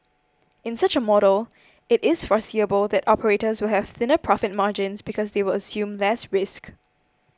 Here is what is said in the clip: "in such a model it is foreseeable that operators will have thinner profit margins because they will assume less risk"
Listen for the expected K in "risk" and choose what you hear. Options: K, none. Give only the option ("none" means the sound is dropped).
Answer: K